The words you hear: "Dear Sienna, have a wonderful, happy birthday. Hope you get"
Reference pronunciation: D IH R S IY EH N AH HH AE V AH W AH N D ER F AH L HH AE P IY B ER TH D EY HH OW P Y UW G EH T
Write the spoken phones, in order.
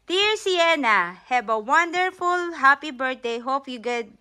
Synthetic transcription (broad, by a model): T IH R S IY EH N AH HH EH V AH W AH N D ER F AH L HH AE P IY B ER T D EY HH OW P Y UW G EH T